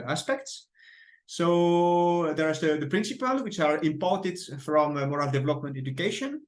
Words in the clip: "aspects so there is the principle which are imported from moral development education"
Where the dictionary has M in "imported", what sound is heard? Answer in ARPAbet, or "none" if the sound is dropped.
M